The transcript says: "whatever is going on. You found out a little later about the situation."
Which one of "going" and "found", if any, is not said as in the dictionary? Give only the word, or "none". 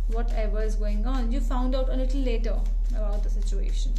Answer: none